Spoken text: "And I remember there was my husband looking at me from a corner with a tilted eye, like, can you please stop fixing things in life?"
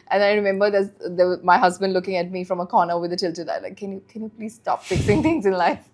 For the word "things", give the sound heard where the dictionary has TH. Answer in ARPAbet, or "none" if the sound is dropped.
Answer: T